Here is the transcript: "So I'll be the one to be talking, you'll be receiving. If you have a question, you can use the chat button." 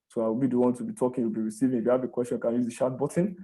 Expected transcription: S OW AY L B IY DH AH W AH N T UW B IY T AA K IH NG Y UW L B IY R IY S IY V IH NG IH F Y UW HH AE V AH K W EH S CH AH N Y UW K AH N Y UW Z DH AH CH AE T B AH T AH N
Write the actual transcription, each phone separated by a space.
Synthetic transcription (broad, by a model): S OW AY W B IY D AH W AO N T UW B IY T AA K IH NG Y UW L B IY R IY S IY V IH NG IH F Y UW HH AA V AH K W EH S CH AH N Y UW K AH N Y UW Z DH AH SH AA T B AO T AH N